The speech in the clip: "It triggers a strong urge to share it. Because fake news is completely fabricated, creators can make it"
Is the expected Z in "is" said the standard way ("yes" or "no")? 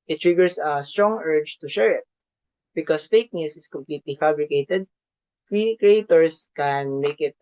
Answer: no